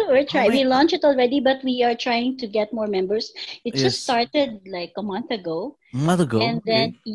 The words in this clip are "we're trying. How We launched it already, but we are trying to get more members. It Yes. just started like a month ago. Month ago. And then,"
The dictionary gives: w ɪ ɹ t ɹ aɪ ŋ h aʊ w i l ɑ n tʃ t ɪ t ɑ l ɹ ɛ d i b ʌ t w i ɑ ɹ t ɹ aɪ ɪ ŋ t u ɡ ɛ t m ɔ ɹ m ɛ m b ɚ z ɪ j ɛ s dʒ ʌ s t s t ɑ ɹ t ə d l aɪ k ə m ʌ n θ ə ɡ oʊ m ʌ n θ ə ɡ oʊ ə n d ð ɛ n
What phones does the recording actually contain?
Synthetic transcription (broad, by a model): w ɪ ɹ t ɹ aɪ w i l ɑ n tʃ ɪ t ɑ l ɹ ɛ d i b ʌ t w i ɑ ɹ t ɹ aɪ ɪ ŋ t u ɡ ɛ t m ɔ ɹ m ɛ m b ɚ s ɪ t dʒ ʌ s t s t ɑ ɹ t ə d l aɪ k ə m ʌ n θ ə ɡ oʊ m ʌ n θ ə ɡ oʊ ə n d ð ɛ n